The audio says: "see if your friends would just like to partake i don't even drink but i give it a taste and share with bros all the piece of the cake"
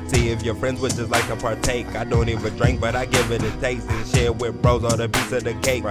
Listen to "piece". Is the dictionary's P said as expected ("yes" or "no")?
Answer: no